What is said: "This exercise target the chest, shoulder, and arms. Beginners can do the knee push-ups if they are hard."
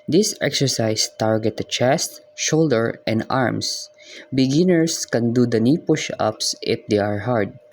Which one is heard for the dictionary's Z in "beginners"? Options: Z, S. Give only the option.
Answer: S